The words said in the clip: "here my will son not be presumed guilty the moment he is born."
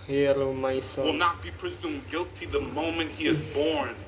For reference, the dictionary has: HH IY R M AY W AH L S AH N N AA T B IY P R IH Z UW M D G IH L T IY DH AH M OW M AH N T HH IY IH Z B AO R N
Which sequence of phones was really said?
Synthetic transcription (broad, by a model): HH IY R M AY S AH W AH L N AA T B IY P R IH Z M G IH L T IY DH AH M OW M AH N T HH IY IH Z B AO R N